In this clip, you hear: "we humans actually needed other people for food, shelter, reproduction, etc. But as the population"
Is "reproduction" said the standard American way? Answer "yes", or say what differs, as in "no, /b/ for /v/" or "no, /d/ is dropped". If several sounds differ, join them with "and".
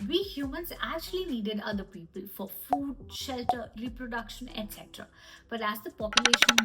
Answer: yes